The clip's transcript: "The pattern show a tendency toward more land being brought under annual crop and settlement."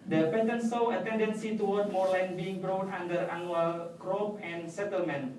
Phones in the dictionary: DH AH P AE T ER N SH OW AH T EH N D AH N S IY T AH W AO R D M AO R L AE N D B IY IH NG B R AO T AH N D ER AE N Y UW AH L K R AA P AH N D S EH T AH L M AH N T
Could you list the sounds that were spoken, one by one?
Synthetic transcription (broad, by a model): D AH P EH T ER N S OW AH T EH N D AH N S IY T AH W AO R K M AO R L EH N B IY IH NG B R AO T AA N D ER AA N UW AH L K R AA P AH N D S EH T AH L M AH N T